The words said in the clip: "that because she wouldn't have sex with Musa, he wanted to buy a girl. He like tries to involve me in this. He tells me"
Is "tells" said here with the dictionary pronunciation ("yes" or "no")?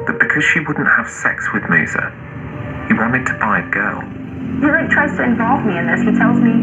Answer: yes